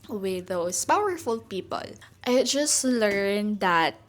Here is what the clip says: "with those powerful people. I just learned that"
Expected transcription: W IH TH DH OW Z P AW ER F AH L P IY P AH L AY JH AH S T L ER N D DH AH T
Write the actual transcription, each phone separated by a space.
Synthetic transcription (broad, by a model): W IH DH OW S P AW ER F AH L P IY P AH L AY JH AH S T L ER N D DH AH T